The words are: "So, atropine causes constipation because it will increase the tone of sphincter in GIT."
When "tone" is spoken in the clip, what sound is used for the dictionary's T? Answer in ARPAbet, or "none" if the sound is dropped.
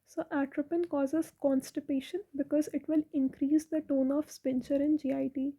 T